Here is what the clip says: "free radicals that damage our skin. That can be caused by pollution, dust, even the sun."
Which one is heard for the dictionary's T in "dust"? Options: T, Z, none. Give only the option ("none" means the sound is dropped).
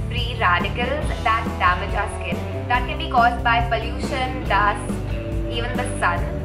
none